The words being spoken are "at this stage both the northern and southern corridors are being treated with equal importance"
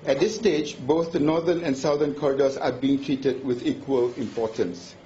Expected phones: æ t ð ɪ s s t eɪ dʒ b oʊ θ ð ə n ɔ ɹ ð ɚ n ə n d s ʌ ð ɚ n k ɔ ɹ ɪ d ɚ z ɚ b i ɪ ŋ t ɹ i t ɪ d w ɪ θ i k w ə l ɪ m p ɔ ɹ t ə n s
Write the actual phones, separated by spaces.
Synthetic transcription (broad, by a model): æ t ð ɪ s s t eɪ dʒ b oʊ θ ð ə n ɔ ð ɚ n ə n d s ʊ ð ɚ n k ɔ ɹ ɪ d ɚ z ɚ b i ɪ ŋ t ɹ i t ɪ d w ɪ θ i k w ə l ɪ m p ɔ t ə n s